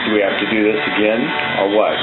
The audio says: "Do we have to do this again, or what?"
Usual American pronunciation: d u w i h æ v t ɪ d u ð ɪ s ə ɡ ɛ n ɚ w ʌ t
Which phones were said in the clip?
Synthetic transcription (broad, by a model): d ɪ w i h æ f t ɪ d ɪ ð ɪ s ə ɡ ɛ n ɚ w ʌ t